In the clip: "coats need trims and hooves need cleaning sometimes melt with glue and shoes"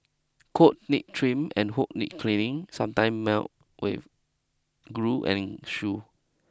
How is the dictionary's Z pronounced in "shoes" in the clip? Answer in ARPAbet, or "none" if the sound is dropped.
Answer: none